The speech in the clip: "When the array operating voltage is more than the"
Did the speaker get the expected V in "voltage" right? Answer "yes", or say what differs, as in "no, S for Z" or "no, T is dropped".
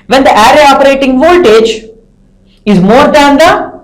yes